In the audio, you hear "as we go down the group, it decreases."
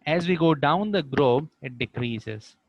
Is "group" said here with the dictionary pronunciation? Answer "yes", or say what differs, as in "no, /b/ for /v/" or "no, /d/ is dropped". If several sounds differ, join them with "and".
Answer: no, /b/ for /p/